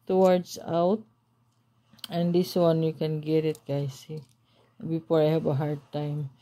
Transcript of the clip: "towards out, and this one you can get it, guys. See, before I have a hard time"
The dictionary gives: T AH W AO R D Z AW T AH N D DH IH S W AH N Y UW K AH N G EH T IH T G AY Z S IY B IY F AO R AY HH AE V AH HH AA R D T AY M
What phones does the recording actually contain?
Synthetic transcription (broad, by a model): T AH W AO R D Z AW T AH N D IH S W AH N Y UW K AH N G EH T IH T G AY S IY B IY P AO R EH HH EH B AH HH AA R D T AY M